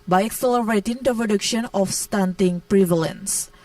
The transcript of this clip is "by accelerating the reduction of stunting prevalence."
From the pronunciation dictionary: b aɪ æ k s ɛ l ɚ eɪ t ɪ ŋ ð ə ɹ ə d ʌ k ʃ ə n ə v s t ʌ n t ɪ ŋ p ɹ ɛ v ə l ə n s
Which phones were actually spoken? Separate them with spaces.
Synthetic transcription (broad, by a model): b aɪ æ k s ɛ l ɚ eɪ t ɪ ŋ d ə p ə d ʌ k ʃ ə n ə f s t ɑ n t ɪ ŋ p ɹ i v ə l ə n s